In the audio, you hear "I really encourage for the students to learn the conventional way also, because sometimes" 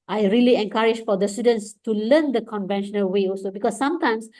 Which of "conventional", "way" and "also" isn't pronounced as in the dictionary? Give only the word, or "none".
none